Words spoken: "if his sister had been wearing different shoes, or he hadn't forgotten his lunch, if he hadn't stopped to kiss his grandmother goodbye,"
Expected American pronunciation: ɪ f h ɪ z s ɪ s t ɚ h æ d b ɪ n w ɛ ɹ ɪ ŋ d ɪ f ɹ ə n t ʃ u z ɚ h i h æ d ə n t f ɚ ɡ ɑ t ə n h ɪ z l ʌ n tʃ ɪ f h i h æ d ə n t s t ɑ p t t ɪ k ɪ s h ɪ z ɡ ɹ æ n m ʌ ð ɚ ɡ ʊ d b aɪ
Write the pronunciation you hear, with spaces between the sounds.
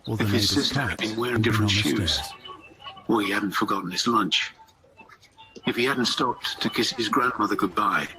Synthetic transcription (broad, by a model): ɪ f h ɪ z s ɪ s t ɚ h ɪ d b ɪ n w ɛ ɹ ɪ ŋ d ɪ f ɹ ə n t ʃ u z ɚ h i h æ d n t f ɚ ɡ ɑ t n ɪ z l ʌ n tʃ ɪ f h i h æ d n t s t ɑ p t t ɪ k ɪ s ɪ z ɡ ɹ æ n m ʌ ð ɚ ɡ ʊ d b aɪ